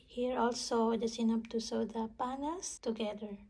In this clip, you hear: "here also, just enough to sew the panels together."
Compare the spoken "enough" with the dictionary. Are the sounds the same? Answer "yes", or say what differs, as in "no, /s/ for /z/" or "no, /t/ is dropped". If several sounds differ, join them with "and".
no, /p/ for /f/